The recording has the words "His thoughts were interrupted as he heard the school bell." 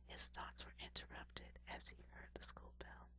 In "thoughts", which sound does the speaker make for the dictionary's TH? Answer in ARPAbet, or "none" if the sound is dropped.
TH